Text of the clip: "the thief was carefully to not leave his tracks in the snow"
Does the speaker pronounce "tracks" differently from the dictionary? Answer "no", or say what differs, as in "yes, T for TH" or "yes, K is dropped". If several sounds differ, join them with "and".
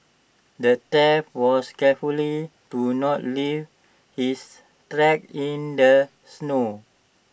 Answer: yes, S is dropped